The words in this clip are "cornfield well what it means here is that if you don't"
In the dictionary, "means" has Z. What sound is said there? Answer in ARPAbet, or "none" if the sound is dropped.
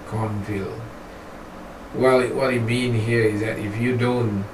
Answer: none